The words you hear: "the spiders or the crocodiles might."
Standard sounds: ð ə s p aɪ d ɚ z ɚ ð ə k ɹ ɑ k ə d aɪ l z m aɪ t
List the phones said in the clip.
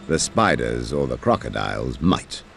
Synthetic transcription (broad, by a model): ð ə s p aɪ d ɚ z ɚ ð ə k ɹ ɑ k ə d aɪ l z m aɪ t